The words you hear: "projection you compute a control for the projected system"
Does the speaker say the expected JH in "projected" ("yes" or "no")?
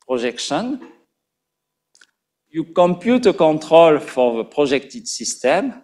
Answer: no